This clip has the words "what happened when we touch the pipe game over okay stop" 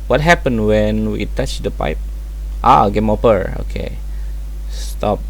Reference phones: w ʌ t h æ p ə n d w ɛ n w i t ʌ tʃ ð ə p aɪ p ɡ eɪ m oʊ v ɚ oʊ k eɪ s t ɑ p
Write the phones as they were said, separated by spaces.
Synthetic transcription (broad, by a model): w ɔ t h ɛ p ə n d w ɛ n w i t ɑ tʃ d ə p aɪ p ɡ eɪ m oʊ p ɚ oʊ k eɪ s t ɑ p